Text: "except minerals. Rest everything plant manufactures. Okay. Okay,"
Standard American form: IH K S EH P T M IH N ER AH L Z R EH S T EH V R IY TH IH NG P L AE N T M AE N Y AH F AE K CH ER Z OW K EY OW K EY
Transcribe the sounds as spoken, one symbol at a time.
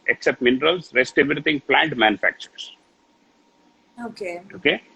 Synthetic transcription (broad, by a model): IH K S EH P T M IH N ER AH L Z R EH S T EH V R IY T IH NG P L AE N T M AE N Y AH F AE K CH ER S OW K EY OW K EY